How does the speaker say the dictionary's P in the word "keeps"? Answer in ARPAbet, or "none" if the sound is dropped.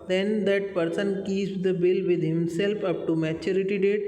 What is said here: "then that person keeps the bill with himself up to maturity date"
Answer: none